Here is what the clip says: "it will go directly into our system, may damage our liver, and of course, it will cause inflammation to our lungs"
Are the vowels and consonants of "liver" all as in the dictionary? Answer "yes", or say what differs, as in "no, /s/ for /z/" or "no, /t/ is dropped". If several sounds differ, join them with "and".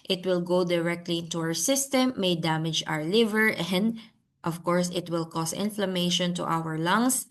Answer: yes